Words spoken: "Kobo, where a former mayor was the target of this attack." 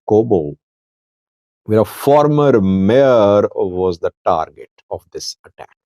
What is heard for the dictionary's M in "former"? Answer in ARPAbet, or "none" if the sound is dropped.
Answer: M